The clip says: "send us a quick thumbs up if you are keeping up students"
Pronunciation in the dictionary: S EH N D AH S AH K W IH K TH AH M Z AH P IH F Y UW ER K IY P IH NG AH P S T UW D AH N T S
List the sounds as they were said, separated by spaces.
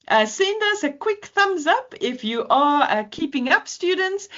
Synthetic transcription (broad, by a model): S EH N D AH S AH K W IH K TH AH M Z AH P IH F Y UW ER K IY P IH NG AH P S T UW D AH N T S